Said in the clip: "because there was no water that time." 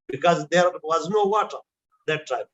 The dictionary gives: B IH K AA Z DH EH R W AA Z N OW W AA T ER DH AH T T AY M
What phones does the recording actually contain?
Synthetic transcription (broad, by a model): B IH K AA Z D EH R W AA Z N OW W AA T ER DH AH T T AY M